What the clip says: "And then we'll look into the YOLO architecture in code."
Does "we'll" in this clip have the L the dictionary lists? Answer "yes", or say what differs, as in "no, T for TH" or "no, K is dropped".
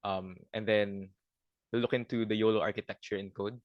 no, N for L